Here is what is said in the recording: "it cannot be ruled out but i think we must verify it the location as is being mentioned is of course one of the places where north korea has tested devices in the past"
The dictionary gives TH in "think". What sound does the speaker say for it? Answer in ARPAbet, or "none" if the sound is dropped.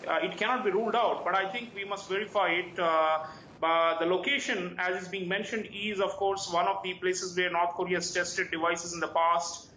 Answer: T